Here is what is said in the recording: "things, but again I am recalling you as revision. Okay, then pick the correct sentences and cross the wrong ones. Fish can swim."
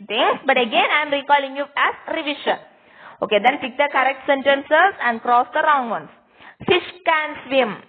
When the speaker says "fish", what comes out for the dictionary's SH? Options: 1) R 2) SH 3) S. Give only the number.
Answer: 2